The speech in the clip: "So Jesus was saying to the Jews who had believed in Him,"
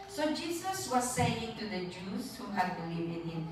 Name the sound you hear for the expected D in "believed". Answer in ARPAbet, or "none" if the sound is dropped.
none